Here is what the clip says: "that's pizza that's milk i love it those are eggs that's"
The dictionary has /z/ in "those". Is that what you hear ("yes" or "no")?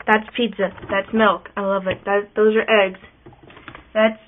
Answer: yes